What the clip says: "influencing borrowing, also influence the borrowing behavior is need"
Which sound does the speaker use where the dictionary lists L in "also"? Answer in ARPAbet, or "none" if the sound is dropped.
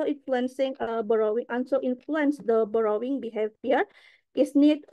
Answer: N